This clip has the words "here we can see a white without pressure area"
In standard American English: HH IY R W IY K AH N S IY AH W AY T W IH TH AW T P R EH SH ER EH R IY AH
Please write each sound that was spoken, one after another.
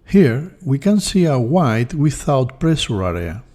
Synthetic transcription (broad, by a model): HH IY R W IY K AH N S IY AH W AY T W IH TH AW T P R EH S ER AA R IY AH